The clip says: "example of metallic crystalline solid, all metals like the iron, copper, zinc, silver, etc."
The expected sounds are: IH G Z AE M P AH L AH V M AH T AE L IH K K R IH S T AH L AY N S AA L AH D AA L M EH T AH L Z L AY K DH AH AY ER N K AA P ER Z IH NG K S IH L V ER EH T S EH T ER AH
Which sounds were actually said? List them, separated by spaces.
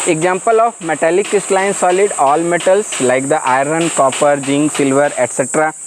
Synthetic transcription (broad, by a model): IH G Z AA M P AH L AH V M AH T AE L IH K K IH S T L AY N S AA L AH D AA L M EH T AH L S L AY K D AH AY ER N K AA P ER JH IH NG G S IH L V ER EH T S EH T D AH